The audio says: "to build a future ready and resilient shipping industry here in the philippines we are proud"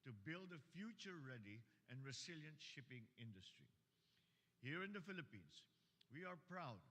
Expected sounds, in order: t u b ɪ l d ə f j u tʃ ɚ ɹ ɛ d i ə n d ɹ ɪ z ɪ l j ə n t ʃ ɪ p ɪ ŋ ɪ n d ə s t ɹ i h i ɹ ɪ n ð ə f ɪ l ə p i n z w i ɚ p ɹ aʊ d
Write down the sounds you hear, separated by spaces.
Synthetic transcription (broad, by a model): t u b ɪ l d ə f j u tʃ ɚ ɹ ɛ d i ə n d ɹ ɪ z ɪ l j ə n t ʃ ɪ p ɪ ŋ ɪ n d ə s t ɹ i h i ɹ ɪ n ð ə f ɪ l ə p i n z w i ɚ p ɹ aʊ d